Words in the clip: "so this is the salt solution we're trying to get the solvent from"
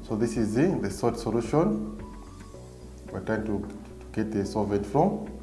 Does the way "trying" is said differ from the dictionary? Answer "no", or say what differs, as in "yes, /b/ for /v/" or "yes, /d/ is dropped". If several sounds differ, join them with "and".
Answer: yes, /ɹ/ is dropped